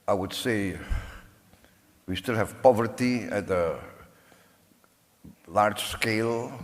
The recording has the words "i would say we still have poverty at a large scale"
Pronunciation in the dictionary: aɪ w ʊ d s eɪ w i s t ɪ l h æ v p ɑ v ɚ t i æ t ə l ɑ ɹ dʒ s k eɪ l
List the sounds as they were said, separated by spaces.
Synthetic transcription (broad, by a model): aɪ w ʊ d s eɪ w i s t ɪ l h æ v p ɑ v ɚ t i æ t ə l ɑ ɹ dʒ s k eɪ l